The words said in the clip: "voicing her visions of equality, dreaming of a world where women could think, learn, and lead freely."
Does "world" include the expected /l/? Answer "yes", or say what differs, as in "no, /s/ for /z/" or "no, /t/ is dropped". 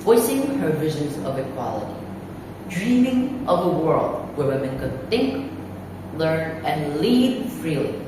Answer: yes